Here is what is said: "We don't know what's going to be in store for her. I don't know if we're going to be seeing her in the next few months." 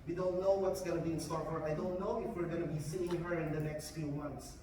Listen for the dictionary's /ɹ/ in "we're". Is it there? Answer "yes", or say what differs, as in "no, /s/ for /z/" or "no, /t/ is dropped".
yes